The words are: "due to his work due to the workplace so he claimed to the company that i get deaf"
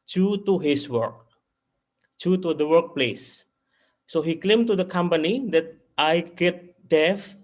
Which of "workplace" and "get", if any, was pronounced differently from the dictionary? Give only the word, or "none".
none